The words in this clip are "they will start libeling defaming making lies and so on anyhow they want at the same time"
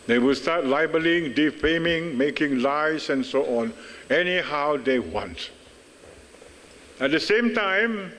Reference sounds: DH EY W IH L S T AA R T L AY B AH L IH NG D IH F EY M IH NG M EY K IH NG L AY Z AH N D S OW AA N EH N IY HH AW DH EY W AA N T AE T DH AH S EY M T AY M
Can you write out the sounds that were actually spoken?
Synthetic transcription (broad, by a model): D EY W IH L S T AA T L AY B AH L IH NG D IH F EY M IH NG M EY K IH NG L AY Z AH N S OW AA N EH N IY HH AW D EY W AA N T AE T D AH S EY M T AY M